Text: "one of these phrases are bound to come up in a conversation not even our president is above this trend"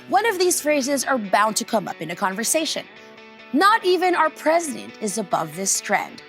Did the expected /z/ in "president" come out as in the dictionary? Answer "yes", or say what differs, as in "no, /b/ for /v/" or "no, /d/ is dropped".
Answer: yes